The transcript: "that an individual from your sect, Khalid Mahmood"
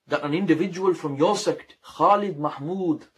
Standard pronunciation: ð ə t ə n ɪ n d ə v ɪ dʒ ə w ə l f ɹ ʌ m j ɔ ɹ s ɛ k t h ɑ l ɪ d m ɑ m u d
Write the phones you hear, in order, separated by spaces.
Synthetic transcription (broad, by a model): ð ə t ə n ɪ n d ə v ɪ dʒ ə w ə l f ɹ ʌ m j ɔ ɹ s ɛ k t h ɑ l ɪ d m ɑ m u d